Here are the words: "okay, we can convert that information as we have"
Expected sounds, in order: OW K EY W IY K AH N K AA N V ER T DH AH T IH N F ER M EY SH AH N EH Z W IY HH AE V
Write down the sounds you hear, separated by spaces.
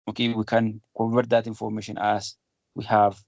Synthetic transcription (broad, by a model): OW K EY W IY K AH N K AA V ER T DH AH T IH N F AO M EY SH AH N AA S W IY HH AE V